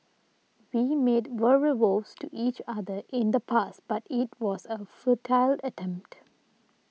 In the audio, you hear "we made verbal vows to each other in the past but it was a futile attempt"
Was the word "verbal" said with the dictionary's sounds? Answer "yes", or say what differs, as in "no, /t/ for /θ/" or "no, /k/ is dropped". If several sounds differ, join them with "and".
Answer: no, /b/ is dropped